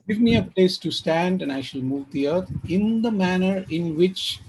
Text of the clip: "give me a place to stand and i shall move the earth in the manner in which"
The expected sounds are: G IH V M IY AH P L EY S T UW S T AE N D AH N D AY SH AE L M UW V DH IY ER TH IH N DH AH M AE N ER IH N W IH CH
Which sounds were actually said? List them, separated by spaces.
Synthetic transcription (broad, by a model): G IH V M IY AH P L EY S T UW S T AE N D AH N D AY SH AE L M UW V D IY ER T IH N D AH M AE N ER IH N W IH CH